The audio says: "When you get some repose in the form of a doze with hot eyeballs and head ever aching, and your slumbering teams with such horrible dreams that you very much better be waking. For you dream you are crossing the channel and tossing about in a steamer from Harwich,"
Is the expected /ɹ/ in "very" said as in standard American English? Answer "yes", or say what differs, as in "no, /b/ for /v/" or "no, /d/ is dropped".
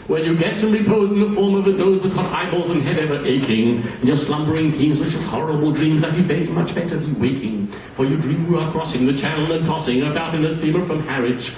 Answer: no, /ɹ/ is dropped